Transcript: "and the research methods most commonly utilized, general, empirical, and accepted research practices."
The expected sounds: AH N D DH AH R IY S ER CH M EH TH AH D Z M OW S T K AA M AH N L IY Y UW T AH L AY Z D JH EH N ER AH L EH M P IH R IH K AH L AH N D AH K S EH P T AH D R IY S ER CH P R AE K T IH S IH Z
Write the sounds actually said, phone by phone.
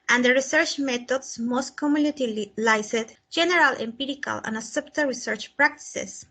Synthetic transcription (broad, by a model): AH N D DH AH R IY S ER CH M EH T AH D S M OW S T K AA M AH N IY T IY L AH L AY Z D JH EH N ER AH L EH M P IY R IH K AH L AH N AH S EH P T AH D R IY S ER CH P R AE K T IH S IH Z